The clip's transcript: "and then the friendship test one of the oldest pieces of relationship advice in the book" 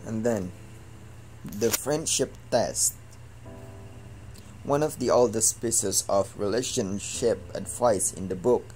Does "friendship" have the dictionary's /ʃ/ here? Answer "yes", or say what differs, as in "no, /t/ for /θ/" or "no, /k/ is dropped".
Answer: yes